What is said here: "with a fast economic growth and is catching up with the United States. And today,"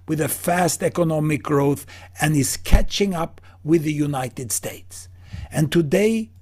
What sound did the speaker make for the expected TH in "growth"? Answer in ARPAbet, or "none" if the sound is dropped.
TH